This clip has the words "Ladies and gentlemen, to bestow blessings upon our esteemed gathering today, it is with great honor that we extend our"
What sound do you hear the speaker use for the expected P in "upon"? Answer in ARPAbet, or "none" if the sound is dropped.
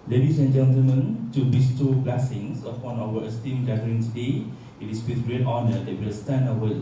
F